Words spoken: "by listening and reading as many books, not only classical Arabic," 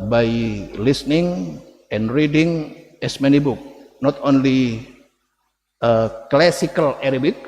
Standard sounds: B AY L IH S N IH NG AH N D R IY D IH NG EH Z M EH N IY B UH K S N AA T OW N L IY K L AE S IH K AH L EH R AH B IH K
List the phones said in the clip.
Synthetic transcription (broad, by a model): B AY L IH S N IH NG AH N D R IY D IH NG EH S M EH N IY B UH K N AA T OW N L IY K L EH S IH K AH L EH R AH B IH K